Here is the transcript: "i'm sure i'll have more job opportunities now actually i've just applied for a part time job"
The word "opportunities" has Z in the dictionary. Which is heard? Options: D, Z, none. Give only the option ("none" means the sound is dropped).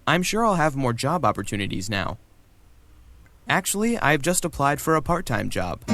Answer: Z